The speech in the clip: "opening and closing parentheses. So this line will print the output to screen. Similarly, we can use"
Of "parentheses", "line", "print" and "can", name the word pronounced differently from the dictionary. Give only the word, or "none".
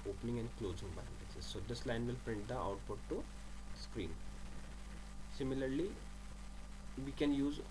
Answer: parentheses